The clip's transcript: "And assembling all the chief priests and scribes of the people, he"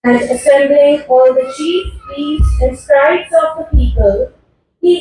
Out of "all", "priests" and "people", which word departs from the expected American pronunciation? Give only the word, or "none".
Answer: priests